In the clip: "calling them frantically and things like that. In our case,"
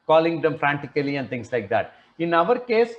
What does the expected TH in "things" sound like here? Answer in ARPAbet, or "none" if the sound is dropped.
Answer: T